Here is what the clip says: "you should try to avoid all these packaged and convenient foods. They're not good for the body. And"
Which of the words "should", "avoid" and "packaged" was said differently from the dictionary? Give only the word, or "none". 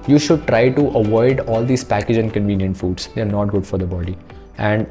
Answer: packaged